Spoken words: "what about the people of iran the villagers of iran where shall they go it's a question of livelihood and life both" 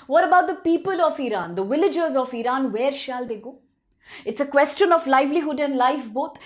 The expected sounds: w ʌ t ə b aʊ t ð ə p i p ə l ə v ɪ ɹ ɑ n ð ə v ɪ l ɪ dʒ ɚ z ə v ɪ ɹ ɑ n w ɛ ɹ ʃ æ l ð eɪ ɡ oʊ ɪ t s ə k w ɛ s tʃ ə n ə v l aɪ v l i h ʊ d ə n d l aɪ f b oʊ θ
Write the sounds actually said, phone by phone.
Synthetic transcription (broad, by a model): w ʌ t ə b aʊ t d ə p i p ə l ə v ɪ ɹ ɑ n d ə v ɪ l ɪ dʒ ɚ z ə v ɪ ɹ ɑ n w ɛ ɹ ʃ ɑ l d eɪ ɡ oʊ ɪ t s ə k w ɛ s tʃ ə n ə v l aɪ v l i h ʊ d ə n d l aɪ f b oʊ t